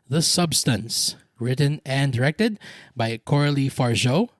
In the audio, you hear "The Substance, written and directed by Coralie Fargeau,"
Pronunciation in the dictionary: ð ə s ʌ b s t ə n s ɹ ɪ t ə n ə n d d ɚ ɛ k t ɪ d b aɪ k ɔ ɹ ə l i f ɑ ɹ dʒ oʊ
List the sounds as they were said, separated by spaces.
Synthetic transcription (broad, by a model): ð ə s ʌ b s t ə n s ɹ ɪ t ə n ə n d d ɚ ɛ k t ɪ d b aɪ k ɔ ɹ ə l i f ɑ ɹ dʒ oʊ